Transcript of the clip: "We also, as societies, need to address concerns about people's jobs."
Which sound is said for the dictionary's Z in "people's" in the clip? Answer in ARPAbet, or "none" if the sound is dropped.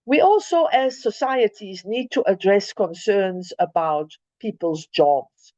Z